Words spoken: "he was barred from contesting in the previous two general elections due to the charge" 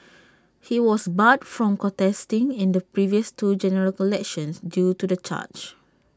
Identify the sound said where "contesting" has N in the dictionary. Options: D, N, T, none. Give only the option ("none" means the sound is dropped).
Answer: none